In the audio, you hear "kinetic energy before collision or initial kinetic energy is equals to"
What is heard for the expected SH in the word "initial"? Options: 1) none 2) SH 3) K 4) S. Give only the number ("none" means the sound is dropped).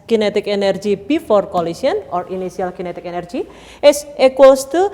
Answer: 4